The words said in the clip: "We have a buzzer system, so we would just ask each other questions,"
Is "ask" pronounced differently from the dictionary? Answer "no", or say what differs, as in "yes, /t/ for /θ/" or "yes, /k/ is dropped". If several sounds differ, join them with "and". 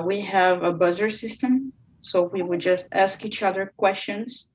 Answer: no